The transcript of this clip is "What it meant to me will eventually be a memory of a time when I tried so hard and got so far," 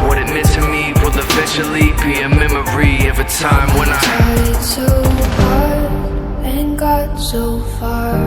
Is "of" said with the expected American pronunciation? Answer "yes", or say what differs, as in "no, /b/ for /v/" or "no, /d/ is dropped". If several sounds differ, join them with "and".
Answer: yes